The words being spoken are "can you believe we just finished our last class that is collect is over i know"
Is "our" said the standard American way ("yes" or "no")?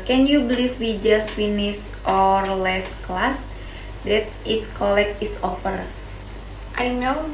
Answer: yes